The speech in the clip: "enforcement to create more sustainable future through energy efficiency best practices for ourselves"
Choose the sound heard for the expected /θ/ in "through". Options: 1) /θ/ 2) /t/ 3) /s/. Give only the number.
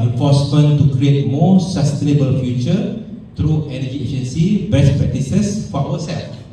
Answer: 2